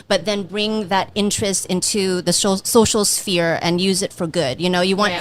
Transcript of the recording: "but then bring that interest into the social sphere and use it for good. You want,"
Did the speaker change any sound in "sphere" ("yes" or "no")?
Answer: no